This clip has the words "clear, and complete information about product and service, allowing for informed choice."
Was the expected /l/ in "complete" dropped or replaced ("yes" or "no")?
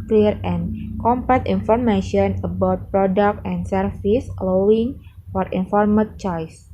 yes